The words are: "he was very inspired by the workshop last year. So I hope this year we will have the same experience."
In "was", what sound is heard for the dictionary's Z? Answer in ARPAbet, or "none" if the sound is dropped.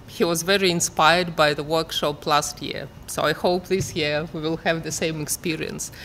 Z